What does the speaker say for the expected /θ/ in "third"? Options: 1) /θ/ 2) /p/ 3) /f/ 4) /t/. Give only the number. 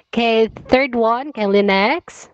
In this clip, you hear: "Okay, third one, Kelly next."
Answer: 1